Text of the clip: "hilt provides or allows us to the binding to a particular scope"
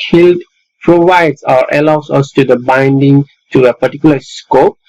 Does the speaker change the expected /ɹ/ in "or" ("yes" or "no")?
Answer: no